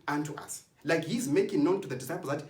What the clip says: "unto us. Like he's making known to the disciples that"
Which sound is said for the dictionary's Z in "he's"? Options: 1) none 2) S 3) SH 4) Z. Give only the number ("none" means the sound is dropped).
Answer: 4